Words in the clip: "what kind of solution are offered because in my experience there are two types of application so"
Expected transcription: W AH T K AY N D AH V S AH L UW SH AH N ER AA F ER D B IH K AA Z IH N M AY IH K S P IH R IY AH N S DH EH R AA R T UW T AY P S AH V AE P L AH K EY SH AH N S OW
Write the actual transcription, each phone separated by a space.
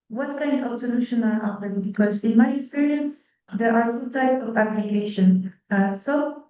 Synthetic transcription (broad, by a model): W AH T K AY N D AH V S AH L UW SH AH N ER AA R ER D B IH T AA S IH N M AY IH K S P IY R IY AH N S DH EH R AA R T UW T AY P AH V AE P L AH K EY SH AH N S OW